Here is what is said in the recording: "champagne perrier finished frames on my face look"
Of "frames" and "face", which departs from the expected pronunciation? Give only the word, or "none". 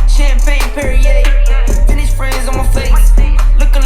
frames